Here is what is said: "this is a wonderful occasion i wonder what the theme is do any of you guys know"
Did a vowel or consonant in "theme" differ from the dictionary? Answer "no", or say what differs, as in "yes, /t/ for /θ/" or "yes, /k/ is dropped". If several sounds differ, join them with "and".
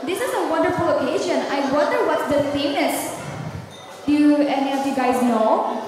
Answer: yes, /f/ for /θ/